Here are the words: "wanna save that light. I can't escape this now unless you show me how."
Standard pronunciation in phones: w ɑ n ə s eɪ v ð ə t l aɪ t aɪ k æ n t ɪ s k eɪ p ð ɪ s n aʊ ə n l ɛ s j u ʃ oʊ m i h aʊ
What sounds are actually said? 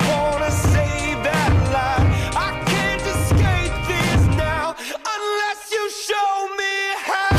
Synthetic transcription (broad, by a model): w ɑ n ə s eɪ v ð ə t l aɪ aɪ k æ n t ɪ s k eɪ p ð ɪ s n aʊ ə n l ɛ s j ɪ ʃ oʊ m i h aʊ